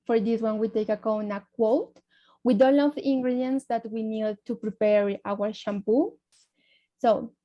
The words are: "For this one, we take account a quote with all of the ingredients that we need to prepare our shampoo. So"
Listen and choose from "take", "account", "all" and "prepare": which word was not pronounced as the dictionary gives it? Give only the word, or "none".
account